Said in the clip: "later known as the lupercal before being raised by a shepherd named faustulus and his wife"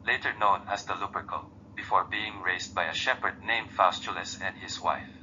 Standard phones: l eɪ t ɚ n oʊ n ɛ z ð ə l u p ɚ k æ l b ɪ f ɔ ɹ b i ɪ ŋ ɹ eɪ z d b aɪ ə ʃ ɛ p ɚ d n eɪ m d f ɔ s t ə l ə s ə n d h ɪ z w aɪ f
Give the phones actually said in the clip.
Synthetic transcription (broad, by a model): l eɪ t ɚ n oʊ n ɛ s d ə l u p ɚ k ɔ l b ɪ f ɔ ɹ b i ɪ ŋ ɹ eɪ s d b aɪ ə ʃ ɛ p ɚ d n eɪ m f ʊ s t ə l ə s ə n d h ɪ s w aɪ f